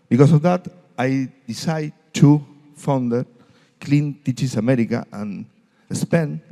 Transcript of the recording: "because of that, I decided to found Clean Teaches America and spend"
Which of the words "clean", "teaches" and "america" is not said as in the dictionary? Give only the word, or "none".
teaches